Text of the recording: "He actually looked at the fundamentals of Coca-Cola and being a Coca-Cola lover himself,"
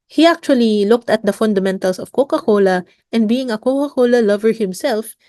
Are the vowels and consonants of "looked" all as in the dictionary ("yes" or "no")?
yes